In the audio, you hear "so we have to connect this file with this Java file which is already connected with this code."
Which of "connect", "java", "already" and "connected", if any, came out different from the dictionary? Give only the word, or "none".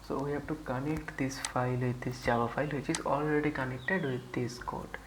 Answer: java